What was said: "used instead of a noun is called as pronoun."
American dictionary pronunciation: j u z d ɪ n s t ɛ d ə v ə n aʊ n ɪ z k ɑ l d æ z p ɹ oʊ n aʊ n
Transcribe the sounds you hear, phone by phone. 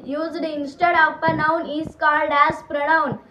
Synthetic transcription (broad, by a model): j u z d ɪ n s t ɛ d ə p ə n aʊ n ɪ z k ɑ l d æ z p ɹ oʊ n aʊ n